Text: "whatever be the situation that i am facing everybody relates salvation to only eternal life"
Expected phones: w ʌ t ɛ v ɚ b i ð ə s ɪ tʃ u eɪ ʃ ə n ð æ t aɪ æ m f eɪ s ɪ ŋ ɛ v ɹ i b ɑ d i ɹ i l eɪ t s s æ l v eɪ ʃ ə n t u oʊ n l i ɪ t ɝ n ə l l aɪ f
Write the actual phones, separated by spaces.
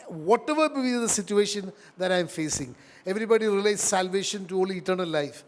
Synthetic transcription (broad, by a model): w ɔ t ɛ v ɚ b i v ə s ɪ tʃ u eɪ ʃ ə n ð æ t aɪ m f eɪ s ɪ ŋ ɛ v ɹ i b ɑ d i ɹ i l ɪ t s s æ l v eɪ ʃ ə n t u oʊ l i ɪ t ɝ n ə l l aɪ f